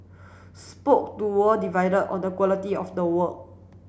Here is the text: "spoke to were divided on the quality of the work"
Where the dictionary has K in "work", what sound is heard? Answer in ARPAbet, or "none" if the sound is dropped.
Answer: none